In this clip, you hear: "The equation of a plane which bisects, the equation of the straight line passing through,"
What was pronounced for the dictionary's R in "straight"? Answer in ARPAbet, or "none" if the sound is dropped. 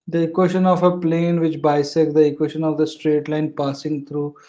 R